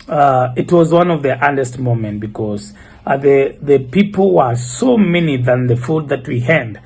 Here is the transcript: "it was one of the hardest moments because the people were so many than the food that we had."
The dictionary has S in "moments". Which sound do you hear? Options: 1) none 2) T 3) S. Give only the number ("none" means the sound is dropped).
1